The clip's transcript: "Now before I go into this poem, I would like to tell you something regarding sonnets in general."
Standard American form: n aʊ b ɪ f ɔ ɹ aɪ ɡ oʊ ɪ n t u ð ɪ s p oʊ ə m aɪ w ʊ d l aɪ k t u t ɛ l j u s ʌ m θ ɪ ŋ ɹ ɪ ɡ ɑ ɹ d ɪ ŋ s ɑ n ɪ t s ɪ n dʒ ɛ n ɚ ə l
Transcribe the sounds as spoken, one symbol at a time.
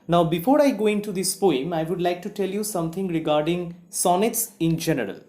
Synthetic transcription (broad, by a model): n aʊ b ɪ f ɔ ɹ aɪ ɡ oʊ ɪ n t u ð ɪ s p oʊ ə m aɪ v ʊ d l aɪ k t u t ɛ l j u s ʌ m t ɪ ŋ ɹ ɪ ɡ ɑ ɹ d ɪ ŋ s ɑ n ɪ t s ɪ n dʒ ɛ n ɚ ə l